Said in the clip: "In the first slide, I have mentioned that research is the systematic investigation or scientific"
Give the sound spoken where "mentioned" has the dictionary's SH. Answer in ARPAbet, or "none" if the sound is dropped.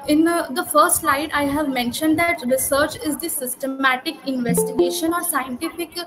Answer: SH